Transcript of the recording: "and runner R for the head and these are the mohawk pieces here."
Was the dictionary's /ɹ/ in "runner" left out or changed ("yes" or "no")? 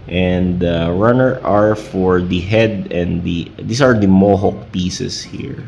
no